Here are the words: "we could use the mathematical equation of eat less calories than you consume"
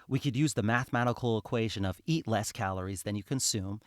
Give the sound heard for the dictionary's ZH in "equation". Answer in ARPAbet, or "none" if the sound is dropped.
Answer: ZH